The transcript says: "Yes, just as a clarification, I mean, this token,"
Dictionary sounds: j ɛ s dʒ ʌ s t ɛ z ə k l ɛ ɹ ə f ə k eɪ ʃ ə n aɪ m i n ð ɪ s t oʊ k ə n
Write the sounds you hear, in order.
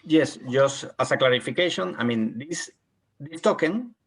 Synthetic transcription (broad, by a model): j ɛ s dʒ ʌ s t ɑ s ə k l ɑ ɹ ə f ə k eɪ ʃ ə n aɪ m i n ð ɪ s t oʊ k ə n